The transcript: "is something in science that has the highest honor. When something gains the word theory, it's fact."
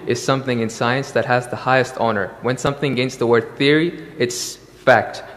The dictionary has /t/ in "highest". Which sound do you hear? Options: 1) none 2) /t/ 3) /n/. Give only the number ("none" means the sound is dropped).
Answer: 2